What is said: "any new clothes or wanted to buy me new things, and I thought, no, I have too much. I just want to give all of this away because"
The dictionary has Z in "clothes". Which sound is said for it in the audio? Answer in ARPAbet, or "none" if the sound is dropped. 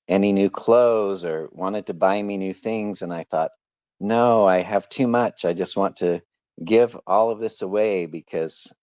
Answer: Z